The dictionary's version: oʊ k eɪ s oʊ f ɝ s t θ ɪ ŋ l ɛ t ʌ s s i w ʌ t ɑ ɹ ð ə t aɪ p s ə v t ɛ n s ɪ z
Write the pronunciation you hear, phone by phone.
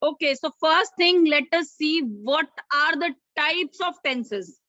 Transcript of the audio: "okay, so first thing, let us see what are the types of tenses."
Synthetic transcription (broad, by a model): oʊ k eɪ s oʊ f ɝ s t t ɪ ŋ l ɛ t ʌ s s i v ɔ t ɑ ɹ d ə t aɪ p s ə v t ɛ n s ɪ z